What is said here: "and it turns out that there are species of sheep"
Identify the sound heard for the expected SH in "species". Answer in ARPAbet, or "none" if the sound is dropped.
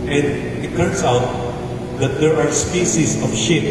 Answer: S